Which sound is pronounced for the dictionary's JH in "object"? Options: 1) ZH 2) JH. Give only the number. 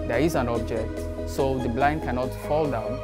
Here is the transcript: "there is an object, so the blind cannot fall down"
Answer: 2